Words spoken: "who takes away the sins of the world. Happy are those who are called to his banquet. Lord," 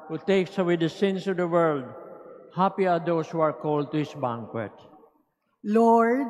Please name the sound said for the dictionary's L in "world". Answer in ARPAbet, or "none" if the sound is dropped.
L